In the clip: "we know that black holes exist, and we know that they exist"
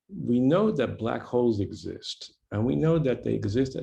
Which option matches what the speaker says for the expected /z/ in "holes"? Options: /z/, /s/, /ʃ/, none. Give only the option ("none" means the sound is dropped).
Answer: /z/